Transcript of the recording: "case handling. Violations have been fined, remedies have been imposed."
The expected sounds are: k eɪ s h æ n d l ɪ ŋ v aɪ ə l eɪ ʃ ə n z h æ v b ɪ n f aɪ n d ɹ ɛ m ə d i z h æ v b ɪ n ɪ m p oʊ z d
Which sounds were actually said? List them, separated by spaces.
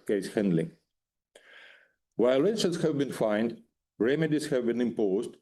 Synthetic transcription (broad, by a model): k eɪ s h æ n d l ɪ ŋ w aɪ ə l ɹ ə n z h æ v b ɪ n f aɪ n d ɹ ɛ m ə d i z h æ v b ɪ n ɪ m p oʊ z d